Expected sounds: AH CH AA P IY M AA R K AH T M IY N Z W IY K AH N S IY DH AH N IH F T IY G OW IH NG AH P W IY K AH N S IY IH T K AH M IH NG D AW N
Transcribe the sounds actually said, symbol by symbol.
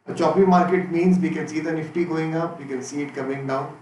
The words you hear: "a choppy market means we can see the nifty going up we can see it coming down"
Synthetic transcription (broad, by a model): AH CH AA P IY M AA R K AH T M IY N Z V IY K AH N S IY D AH N IH F T IY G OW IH NG AH P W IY K AH N S IY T K AH M IH NG D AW N